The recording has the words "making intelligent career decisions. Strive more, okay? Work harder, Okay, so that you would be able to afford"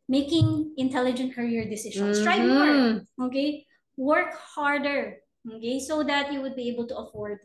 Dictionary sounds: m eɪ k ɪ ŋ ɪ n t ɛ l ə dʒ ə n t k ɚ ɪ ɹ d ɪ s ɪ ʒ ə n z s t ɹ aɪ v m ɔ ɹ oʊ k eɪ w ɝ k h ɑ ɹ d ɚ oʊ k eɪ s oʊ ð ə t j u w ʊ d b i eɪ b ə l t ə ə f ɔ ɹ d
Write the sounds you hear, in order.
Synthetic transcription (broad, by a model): m eɪ k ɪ ŋ ɪ n t ɛ l ə dʒ ə n t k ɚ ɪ ɹ d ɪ s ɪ ʃ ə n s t ɹ aɪ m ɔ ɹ oʊ k eɪ w ɝ k h ɑ ɹ d ɚ oʊ k eɪ s oʊ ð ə t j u w ʊ d b i eɪ b ə l t ə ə f ɔ ɹ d